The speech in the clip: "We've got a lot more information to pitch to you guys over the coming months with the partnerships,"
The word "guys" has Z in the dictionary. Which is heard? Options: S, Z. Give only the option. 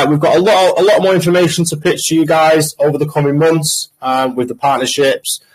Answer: Z